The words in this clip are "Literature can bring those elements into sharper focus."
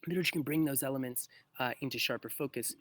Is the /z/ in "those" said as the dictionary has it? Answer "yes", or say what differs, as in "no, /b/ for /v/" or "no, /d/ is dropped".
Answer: yes